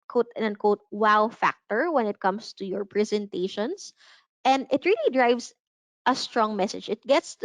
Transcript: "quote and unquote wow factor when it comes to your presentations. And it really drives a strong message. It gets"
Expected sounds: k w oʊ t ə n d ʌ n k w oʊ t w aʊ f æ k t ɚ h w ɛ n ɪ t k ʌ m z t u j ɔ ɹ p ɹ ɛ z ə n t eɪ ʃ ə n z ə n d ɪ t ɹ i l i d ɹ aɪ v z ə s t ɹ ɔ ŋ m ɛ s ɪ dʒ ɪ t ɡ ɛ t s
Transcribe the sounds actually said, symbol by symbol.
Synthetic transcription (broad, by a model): k oʊ t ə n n k oʊ t w aʊ f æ k t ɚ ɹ w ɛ n ɪ t k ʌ m s t u j ɔ ɹ p ɹ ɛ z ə n t eɪ ʃ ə n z ə n d ɪ t ɹ i l i d ɹ aɪ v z ə s t ɹ ɔ ŋ m ɛ s ɪ dʒ ɪ t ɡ ɛ t s